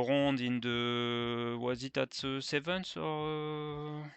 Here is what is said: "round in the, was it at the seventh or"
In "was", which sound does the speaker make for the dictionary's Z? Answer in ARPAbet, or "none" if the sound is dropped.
Z